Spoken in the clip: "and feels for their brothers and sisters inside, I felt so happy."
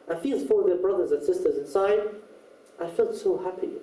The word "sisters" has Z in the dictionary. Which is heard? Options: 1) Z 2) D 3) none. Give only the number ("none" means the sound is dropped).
1